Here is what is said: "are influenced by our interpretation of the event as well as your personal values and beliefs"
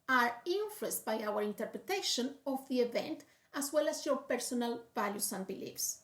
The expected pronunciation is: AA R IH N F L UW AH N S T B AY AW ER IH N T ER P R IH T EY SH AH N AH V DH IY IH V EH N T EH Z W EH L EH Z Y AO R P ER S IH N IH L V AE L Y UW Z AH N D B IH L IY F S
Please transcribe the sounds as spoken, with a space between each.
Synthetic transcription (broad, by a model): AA R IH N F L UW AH S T B AY AW ER IH N T ER P R IH T EY SH AH N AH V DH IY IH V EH N T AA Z W EH L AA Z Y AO R P ER S IH N IH L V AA L Y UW S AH N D B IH L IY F S